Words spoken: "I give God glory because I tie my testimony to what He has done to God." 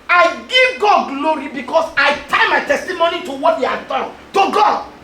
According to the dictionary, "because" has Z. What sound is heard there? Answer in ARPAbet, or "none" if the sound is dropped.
S